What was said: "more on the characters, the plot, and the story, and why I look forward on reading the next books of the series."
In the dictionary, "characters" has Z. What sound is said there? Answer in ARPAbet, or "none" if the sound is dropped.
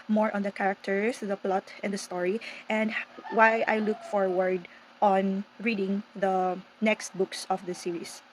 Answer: S